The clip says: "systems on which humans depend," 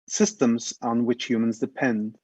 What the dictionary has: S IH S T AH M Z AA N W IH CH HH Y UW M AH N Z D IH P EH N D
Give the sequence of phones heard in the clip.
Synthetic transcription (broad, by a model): S IH S T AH M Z N W IH CH HH Y UW M AH N Z D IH P EH N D